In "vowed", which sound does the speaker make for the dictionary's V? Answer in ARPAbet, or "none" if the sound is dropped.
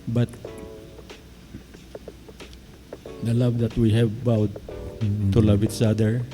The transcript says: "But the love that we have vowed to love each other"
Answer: B